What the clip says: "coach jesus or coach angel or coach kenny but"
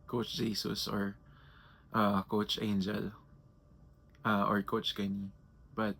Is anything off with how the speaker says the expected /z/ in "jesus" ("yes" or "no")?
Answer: yes